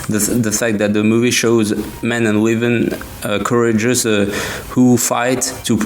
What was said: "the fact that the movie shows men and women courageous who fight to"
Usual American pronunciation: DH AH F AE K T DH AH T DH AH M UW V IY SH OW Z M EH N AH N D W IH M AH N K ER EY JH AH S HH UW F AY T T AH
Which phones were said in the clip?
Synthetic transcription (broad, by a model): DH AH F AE K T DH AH T DH AH M UW V IY SH OW Z M EH N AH N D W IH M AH N K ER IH JH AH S HH UW F AY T T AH